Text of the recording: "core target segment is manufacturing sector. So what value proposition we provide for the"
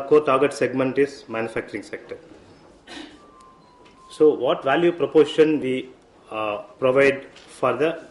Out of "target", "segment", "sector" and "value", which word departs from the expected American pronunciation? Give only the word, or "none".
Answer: none